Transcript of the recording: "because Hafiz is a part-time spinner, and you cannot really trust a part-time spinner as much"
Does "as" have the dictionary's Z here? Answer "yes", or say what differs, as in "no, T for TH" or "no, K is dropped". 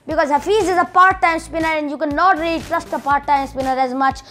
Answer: yes